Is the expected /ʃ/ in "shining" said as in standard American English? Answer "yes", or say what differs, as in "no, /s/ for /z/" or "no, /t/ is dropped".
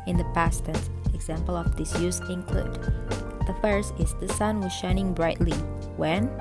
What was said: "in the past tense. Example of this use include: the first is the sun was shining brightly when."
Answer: yes